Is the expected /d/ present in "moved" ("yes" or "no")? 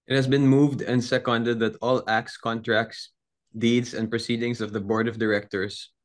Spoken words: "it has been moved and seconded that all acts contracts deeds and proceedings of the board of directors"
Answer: yes